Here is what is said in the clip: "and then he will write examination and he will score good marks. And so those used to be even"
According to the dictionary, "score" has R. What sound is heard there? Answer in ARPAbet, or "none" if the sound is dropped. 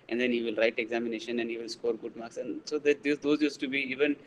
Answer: R